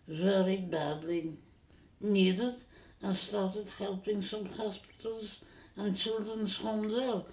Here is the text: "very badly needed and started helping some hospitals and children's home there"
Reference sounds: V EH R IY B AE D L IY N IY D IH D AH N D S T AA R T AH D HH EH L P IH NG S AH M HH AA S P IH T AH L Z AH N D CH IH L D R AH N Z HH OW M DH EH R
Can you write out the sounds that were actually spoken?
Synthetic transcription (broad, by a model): V EH R IY B AE D L IY N IY D IH D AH N S T AA R T AH D HH EH L P IH NG S AH M HH AA S P IH T AH L Z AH N CH IH L D R AH N Z HH OW M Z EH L